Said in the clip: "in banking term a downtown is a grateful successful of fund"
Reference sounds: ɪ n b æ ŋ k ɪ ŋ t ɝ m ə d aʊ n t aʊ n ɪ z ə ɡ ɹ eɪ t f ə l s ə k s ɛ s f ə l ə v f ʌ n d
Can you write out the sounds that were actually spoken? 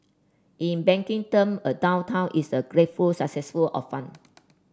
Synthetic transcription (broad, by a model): ɪ n b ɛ ŋ k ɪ ŋ t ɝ m ə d aʊ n t aʊ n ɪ s ə ɡ ɹ eɪ t f ə l s ə k s ɛ s f ə l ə f f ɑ n